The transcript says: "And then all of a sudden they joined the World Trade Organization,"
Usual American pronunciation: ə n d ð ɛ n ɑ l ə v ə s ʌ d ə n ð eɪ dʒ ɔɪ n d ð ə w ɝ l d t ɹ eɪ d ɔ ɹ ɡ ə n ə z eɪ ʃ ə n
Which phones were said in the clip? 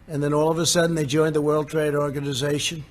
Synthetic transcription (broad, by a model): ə n ð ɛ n ɑ l ə v ə s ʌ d n ð eɪ dʒ ɔɪ n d ð ə w ɝ l d t ɹ eɪ d ɔ ɹ ɡ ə n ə z eɪ ʃ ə n